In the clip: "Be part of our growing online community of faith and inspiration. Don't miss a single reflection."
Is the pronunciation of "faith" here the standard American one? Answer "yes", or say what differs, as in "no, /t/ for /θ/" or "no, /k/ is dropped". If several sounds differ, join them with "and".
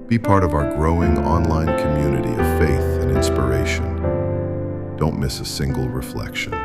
yes